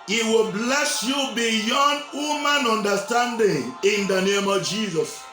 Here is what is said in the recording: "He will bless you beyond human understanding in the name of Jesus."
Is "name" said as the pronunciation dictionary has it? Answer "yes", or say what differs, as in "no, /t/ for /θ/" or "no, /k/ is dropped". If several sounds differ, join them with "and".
yes